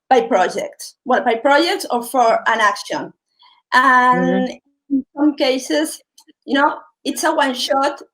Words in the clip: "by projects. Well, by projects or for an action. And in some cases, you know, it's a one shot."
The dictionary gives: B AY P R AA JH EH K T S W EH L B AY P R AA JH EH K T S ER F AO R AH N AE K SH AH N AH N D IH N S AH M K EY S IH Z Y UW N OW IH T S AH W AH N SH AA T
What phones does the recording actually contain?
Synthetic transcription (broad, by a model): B AY P R AA JH EH K T S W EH B AY P R AA JH EH K T S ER F AO R AH N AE K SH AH N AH N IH N S AH M K EY S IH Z Y UW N OW IH T S AH W AH N SH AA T